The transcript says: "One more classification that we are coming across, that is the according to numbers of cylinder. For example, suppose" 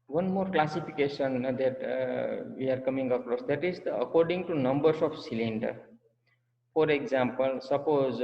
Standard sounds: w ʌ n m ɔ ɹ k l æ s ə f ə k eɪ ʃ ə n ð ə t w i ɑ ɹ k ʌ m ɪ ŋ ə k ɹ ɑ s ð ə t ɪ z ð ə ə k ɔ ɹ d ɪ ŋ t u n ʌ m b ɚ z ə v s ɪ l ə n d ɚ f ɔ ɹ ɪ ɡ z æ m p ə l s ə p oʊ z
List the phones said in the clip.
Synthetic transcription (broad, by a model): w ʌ n m ɔ ɹ k l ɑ s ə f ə k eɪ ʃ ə n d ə t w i ɑ ɹ k ʌ m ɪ ŋ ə k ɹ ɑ s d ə t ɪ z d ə ə k ɔ ɹ d ɪ ŋ t u n ʌ m b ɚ s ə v s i l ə n d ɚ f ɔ ɹ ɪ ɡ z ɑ m p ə l s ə p oʊ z